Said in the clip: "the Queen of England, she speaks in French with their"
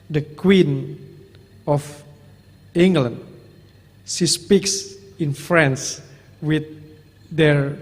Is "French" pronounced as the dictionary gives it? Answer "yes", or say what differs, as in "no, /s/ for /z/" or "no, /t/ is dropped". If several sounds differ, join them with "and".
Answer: no, /s/ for /tʃ/